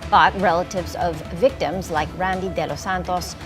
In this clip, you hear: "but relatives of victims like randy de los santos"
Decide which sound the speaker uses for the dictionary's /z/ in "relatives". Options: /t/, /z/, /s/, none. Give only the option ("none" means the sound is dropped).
/z/